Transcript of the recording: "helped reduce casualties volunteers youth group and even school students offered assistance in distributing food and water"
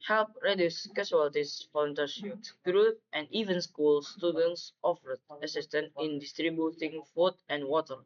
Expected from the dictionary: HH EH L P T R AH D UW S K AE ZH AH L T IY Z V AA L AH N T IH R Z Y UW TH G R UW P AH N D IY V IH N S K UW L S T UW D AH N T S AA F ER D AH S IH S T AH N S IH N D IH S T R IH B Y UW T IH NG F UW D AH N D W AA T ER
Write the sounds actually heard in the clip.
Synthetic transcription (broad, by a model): HH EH L P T R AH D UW S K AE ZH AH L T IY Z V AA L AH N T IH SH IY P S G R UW AH N D IY V IH N S K UW L S T UW D AH N T S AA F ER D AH S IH S T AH N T IH N D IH S T R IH B Y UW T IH NG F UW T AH N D W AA T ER